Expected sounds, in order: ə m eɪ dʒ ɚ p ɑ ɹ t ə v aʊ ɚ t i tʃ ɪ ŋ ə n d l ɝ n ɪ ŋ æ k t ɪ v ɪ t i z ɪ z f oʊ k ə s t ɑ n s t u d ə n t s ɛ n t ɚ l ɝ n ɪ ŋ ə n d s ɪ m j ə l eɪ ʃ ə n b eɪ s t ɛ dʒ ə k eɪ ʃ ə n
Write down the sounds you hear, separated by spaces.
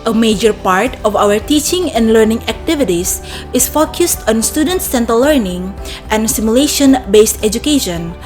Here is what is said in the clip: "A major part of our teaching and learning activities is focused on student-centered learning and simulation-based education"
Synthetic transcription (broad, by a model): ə m eɪ dʒ ɚ p ɑ ɹ t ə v aʊ ɚ t i tʃ ɪ ŋ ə n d l ɝ n ɪ ŋ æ k t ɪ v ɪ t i s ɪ s f oʊ k ə s t ɑ n s t u d ə n t s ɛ n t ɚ l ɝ n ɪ ŋ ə n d s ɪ m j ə l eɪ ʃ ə n b eɪ s t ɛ dʒ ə k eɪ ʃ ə n